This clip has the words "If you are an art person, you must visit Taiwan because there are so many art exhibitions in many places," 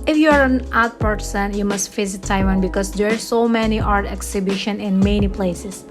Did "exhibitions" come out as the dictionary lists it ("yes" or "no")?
no